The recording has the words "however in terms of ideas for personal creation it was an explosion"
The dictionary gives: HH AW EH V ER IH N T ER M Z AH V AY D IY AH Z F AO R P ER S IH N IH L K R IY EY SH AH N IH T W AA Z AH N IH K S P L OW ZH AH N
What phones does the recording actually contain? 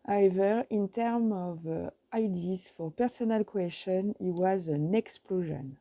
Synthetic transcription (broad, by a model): HH AW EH V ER IH N T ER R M AH V AY D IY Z F AO R P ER S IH N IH L K W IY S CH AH N IH T W AA Z AH N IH K S P L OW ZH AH N